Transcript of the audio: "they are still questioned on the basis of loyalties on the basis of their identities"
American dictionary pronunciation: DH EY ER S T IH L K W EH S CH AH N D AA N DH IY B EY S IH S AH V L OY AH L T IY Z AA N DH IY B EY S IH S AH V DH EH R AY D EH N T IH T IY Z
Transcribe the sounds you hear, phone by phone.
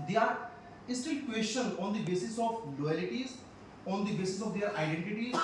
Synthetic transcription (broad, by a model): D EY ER S T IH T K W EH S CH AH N AA N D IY B EY S IH S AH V L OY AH L T IY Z AA N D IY B EY S IH S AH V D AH R AY D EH N T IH T IY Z